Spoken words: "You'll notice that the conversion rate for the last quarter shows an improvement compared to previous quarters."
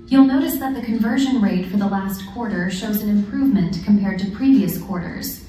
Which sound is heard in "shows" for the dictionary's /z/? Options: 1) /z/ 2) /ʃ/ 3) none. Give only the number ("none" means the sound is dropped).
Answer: 1